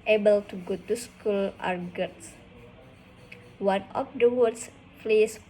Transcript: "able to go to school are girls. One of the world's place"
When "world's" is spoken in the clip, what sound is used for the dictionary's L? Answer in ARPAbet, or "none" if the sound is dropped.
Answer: none